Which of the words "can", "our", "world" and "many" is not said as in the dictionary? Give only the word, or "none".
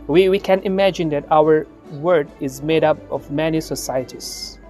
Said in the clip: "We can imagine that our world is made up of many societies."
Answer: world